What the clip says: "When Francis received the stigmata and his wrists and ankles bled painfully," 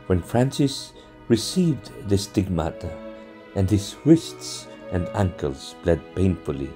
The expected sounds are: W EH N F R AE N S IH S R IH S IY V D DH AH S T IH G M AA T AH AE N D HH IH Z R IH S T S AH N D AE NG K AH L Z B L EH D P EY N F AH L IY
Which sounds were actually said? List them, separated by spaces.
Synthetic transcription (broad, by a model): W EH N F R AE N S IH S R IH S IY V D DH AH S T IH G M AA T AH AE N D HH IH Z W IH S T S AH N D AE NG K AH L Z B L EH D P EY N F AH L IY